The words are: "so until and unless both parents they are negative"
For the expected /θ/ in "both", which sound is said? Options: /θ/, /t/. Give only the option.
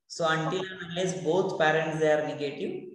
/t/